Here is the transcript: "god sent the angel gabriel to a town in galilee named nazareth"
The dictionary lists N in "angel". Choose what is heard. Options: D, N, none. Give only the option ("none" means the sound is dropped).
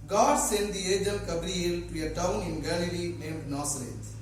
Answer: none